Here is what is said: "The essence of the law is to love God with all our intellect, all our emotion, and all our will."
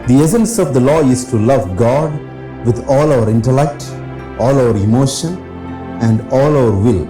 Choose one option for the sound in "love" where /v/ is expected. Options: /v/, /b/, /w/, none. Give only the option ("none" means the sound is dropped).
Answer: /v/